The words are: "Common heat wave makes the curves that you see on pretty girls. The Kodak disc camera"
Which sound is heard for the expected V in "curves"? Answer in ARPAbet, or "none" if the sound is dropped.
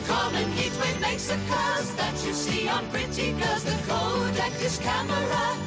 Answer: none